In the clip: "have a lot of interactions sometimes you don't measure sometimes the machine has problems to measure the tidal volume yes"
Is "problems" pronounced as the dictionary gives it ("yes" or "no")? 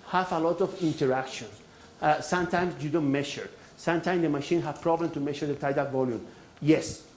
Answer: no